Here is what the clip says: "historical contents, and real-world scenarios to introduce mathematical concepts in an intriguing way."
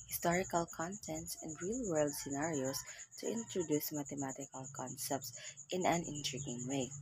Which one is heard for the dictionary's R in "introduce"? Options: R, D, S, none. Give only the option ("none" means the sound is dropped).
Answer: R